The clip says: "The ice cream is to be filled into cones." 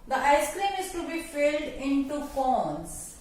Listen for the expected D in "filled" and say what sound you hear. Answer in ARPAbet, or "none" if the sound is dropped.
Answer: D